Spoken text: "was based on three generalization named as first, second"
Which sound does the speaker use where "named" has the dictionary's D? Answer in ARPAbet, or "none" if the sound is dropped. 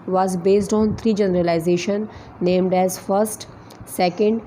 D